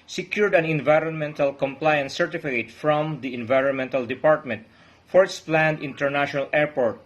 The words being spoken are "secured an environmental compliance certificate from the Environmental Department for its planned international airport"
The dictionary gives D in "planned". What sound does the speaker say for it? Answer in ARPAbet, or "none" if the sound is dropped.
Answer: D